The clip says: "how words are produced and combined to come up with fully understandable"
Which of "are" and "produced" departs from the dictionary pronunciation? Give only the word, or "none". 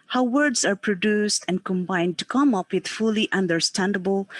none